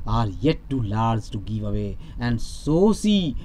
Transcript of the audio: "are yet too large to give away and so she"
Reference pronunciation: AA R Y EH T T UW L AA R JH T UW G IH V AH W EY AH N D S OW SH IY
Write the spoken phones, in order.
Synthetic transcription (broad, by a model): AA R Y EH T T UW L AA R Z T UW G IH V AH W EY AH N D S OW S IY